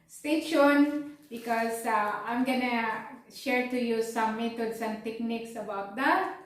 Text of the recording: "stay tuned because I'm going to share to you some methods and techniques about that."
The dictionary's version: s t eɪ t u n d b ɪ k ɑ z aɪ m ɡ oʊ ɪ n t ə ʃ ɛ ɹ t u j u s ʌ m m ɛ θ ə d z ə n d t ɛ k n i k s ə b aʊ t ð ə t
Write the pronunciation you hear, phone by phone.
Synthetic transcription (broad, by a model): s t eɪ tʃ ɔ n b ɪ k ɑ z aɪ m ɡ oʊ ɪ n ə ʃ ɛ ɹ t u j u s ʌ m m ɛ t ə d s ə n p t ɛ k n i k s ə b aʊ t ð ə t